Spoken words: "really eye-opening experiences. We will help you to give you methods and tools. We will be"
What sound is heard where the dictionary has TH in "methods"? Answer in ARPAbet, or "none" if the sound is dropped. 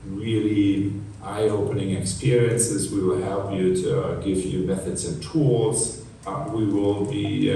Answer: TH